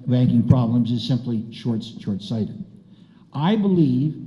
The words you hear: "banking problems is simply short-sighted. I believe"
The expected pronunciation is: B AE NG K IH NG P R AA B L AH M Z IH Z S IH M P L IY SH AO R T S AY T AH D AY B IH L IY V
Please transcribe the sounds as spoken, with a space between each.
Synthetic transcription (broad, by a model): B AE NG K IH NG P R AA B L AH M Z IH Z S IH M P L IY SH AO R T S AY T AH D AY B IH L IY V